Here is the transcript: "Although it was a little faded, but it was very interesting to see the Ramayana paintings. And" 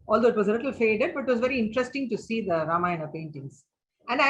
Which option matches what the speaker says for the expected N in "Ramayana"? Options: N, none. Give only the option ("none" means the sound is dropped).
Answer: none